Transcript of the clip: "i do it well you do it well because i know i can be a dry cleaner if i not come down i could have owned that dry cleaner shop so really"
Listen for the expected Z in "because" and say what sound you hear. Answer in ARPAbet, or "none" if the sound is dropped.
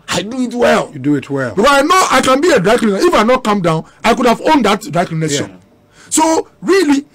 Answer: S